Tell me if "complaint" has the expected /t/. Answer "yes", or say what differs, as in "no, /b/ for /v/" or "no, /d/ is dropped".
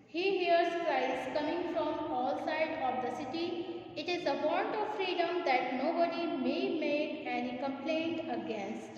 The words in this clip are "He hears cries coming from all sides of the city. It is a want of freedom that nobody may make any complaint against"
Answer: yes